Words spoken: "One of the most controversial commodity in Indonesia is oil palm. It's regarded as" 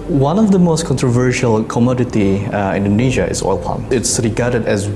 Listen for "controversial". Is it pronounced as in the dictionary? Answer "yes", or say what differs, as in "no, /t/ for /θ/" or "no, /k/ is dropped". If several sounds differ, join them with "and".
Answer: yes